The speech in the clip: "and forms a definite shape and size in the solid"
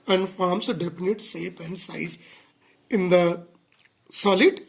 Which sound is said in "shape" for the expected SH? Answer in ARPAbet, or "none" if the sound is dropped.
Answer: S